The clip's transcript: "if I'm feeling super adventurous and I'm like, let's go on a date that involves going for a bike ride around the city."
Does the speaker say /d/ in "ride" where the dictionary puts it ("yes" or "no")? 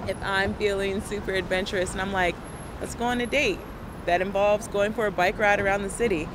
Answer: yes